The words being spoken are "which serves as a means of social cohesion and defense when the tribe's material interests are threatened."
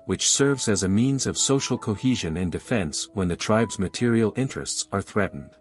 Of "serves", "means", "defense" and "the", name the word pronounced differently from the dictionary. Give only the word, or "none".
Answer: none